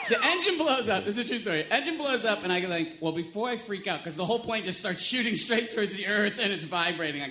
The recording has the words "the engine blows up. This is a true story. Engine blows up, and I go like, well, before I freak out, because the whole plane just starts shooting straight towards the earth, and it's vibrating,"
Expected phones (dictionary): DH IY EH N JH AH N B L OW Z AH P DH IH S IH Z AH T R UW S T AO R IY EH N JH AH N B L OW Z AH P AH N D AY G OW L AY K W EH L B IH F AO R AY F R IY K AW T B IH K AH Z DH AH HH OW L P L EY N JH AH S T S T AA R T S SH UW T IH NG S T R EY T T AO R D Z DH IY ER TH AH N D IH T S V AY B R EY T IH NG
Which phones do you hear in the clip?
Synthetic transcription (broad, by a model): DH IY EH N JH AH N B L OW Z AH P DH IH S IH Z T R UW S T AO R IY EH N JH AH N B L OW Z AH P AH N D AY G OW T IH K W EH L B IH F AO R AY F R IY K AW T K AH Z DH AH HH OW L P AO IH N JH AH S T S T AA R T S SH UW T IH NG S T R EY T T AO R D Z DH IY ER TH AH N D IH T S V AY B R EY T IH NG